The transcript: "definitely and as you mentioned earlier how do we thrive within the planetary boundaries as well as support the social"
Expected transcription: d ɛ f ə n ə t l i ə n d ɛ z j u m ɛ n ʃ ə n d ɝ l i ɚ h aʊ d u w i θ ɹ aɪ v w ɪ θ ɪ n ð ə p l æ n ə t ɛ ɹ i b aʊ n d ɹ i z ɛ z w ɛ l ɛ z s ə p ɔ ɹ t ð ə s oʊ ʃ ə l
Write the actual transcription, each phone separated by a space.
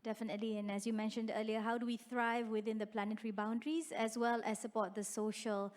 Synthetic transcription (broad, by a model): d ɛ f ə n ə t l i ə n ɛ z j u m ɛ n ʃ ə n d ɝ l i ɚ h aʊ d u w i θ ɹ aɪ v w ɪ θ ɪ n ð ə p l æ n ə t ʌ ɹ i b aʊ n d ɹ i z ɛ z w ɛ l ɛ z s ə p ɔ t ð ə s oʊ ʃ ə l